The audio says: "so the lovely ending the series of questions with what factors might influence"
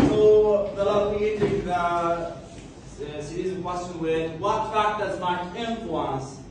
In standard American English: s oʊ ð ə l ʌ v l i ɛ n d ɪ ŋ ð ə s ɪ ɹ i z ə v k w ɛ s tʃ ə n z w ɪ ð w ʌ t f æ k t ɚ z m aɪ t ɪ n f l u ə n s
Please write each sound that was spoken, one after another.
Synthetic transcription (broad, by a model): s oʊ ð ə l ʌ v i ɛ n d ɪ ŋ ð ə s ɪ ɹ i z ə k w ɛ s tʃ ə n w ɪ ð w ʌ t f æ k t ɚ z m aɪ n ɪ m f l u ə n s